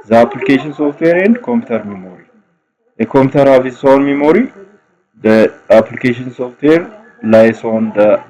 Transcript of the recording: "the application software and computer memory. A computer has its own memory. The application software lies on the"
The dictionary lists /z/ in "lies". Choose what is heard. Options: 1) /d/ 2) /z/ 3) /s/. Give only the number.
3